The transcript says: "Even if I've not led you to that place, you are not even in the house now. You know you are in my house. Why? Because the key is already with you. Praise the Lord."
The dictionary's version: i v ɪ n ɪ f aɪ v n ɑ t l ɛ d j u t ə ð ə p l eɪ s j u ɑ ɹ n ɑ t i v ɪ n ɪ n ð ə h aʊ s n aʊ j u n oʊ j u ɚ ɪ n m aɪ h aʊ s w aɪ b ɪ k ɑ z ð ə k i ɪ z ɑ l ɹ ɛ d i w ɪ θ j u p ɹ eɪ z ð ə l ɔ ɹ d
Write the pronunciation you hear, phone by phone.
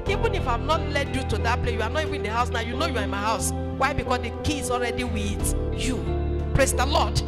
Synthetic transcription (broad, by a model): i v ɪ n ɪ f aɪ v n ɑ t l ɛ d j u t ə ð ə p l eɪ j u ɑ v n ɑ t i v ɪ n ɪ n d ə h aʊ s n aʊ j u n oʊ j u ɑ ɪ n m aɪ h aʊ s w aɪ b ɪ k ɑ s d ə k i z ɑ l ɹ ɛ d i w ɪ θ j u p ɹ eɪ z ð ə l ɔ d